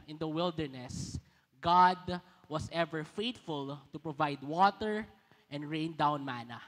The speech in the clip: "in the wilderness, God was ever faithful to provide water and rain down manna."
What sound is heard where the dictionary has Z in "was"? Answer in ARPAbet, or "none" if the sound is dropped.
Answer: S